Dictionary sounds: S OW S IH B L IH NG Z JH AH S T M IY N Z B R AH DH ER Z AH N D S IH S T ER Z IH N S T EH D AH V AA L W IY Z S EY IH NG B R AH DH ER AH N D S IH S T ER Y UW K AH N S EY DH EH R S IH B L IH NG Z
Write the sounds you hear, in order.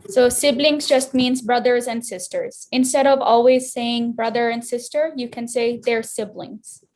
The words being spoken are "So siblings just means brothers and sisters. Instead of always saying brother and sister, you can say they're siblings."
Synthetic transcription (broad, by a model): S OW S IH B L IH NG Z JH AH S T M IY N Z B R AH DH ER Z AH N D S IH S T ER Z IH N S T EH D AH V AA L W IY Z S EY IH NG B R AH DH ER AH N D S IH S T ER Y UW K AH N S EY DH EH R S IH B L IH NG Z